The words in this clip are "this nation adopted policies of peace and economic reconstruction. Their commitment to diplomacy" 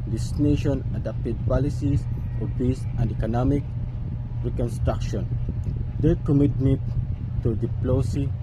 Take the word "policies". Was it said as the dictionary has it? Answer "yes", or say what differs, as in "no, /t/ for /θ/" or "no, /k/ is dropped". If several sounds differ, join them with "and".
no, /s/ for /z/